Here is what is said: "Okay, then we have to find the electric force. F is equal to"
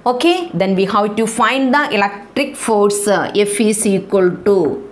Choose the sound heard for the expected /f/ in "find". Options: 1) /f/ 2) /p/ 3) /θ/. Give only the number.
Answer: 1